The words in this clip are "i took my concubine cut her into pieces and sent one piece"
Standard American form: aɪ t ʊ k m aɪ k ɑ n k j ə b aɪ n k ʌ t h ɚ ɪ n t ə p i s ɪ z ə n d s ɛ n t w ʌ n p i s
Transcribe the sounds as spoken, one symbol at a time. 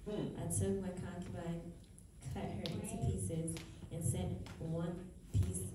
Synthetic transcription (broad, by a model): aɪ t ʊ k m aɪ k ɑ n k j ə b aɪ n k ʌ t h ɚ ɪ n t ə p i s ɪ z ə n s ɛ n t w ʌ n p i s